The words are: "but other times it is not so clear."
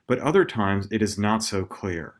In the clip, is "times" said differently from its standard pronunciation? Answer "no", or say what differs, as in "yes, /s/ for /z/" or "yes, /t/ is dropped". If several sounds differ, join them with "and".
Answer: no